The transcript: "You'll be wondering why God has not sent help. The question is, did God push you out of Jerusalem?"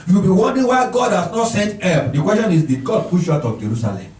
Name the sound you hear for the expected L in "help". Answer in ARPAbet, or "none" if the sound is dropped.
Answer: none